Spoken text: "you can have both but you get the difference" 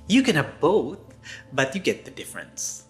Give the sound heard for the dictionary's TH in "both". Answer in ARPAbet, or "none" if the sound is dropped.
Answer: TH